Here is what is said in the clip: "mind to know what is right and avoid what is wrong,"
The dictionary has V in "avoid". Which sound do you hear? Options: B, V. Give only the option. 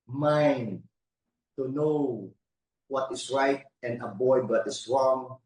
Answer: B